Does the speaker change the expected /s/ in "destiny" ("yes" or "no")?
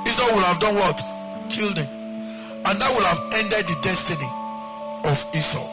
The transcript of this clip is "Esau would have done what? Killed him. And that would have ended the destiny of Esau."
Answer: no